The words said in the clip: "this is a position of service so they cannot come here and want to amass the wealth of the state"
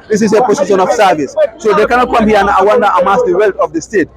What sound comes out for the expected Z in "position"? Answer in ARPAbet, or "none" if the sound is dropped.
S